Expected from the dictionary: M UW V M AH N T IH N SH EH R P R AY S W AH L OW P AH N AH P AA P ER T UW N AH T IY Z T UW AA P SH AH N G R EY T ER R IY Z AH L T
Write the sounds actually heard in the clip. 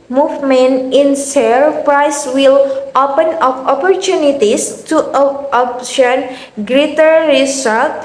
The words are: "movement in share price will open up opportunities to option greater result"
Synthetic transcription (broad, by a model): M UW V M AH N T IH N S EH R P R AY S W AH L OW P AH N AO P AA P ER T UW N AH T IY S T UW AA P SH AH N G R EY T ER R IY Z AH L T